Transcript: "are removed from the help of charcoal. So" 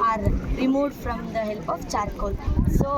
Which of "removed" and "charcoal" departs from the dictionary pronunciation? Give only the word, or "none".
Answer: removed